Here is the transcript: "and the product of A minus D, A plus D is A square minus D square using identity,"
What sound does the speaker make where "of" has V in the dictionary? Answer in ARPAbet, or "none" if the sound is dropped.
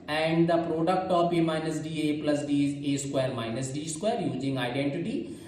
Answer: P